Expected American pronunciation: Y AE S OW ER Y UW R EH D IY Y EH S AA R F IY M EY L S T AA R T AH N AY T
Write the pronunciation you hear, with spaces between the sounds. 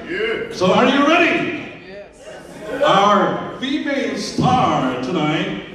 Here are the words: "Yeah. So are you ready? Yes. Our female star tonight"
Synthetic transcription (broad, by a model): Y S OW ER Y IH R EH D IY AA AH R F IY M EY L S T AA R T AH N AY T